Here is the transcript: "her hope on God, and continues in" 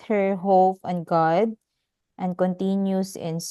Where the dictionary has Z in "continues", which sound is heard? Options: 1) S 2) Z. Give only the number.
1